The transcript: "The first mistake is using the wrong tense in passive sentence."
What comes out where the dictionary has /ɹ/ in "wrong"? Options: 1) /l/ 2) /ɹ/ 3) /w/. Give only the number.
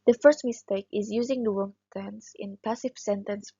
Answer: 3